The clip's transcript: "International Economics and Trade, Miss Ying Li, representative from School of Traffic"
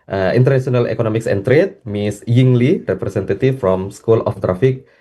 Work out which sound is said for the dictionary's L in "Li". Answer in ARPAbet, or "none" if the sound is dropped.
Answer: L